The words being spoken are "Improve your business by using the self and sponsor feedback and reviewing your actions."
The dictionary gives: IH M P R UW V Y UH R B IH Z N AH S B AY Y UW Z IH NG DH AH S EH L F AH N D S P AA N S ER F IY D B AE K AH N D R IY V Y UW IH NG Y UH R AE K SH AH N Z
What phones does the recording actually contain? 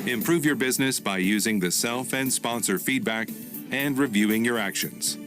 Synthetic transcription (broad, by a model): IH M P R UW V Y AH R B IH Z N AH S B AY Y UW Z IH NG DH AH S EH L F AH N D S P AA N S ER F IY D B AE K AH N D R IY V Y UW IH NG Y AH R AE K SH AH N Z